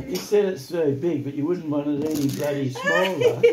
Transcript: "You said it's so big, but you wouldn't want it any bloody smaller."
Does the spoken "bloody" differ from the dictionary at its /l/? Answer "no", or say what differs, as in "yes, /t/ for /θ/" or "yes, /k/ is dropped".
yes, /l/ is dropped